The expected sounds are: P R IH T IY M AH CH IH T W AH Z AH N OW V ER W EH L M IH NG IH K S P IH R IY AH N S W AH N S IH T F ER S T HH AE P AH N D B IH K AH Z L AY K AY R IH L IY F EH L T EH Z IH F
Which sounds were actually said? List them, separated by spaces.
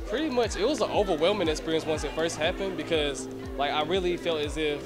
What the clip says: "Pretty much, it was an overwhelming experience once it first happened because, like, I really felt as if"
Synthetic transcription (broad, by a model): P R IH T IY M AH CH IH T W AH Z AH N OW V ER W EH L M IH NG IH K S P IH R IY AH N S W AH N S IH T F ER S T HH AE P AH N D B IH K AH Z L AY K AY R IH L IY F EH L T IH Z IH F